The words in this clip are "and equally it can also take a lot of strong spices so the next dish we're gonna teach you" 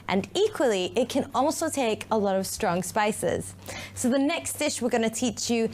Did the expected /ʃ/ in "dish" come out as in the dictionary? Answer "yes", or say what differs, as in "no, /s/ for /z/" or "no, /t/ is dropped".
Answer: yes